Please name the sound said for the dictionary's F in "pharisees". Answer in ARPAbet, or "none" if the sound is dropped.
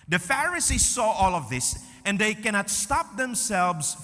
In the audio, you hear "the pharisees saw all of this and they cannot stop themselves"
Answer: F